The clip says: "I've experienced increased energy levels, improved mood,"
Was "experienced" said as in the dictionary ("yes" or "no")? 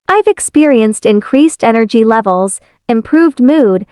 yes